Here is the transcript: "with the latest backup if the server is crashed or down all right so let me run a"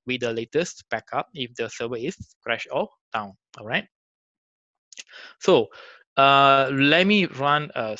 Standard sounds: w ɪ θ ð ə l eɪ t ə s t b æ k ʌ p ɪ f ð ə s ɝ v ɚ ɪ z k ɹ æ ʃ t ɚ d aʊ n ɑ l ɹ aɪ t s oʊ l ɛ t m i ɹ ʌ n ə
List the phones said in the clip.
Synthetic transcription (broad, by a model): w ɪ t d ə l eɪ t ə s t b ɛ k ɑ p ɪ f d ə s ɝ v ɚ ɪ s k ɹ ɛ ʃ ɔ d aʊ n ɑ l ɹ aɪ t s oʊ l ɛ t m i ɹ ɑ n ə